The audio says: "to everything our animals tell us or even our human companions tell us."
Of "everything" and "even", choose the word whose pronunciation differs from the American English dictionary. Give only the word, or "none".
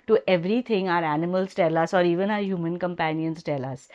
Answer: everything